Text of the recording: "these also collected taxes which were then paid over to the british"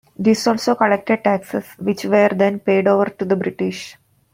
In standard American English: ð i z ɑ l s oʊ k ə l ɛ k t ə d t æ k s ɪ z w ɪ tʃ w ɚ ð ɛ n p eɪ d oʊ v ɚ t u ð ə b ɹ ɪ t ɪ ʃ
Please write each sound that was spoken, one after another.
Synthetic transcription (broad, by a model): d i s ɑ l s oʊ k ə l ɛ k t ə d t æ k s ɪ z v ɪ tʃ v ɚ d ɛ n p eɪ d oʊ v ɚ t u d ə b ɹ ɪ t ɪ ʃ